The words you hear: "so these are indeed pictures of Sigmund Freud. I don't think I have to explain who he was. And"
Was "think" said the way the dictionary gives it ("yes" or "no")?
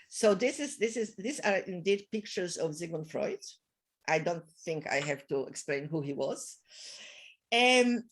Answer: yes